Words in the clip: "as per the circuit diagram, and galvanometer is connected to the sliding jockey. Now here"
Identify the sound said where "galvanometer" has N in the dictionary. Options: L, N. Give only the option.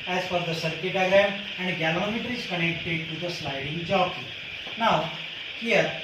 L